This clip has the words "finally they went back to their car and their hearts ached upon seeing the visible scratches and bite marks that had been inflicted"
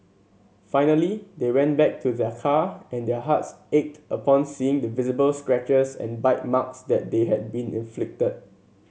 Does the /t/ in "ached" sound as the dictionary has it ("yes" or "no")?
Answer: yes